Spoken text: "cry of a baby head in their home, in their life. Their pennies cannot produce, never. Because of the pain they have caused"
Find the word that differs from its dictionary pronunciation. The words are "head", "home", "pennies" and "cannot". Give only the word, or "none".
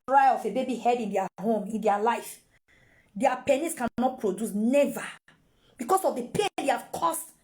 pennies